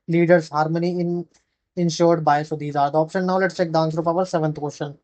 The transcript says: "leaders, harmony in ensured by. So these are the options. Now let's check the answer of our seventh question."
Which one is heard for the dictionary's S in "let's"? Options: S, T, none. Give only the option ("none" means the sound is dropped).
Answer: S